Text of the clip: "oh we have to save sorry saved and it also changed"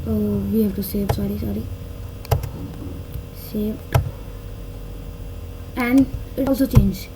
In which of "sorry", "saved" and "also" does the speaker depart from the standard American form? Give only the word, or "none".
saved